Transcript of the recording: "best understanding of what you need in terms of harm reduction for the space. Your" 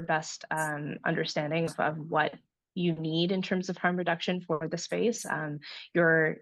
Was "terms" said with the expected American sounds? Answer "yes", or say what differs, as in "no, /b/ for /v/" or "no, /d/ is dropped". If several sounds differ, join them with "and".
yes